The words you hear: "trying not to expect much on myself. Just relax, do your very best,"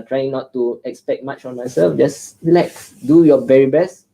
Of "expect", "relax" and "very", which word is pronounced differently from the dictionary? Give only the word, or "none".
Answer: relax